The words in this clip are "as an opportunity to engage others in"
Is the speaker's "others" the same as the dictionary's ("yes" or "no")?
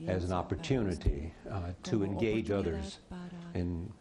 yes